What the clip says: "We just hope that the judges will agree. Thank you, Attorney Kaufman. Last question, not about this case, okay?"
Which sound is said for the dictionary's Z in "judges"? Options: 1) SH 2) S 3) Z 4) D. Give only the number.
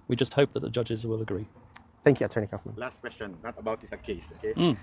3